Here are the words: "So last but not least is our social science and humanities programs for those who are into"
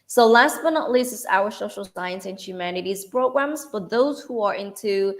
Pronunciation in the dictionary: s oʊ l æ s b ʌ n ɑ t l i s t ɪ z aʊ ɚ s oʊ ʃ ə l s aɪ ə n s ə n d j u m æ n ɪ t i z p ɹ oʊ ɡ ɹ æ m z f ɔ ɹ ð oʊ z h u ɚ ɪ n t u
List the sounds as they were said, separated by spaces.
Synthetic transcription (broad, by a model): s oʊ l æ s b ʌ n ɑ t l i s ɪ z aʊ ɚ s oʊ ʃ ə l s aɪ ə n s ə n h j u m æ n ɪ t i z p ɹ oʊ ɡ ɹ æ m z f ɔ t ð oʊ z h u ɚ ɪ n t u